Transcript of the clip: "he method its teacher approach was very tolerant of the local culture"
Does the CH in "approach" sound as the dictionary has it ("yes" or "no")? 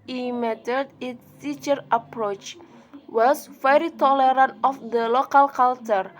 yes